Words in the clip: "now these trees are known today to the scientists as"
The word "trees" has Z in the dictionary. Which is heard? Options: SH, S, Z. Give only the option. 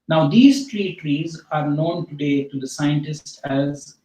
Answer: Z